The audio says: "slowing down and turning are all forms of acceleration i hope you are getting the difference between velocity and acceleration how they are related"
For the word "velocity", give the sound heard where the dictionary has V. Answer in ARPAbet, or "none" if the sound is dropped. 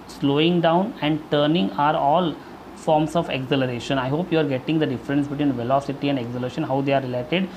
V